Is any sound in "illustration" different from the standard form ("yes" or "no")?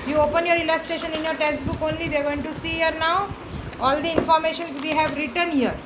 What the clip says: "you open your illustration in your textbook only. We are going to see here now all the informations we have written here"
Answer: yes